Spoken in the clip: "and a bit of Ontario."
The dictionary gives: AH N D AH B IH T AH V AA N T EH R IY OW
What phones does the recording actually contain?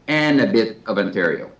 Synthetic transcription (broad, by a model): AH N AH B IH T AH V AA N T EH R IY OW